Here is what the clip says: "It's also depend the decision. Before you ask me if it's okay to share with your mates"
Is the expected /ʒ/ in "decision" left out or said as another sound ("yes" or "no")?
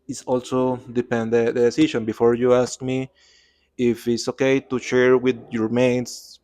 yes